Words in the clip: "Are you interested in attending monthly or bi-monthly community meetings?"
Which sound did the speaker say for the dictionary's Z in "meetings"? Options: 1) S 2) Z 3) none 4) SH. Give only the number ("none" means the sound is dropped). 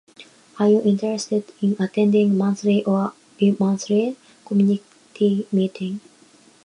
3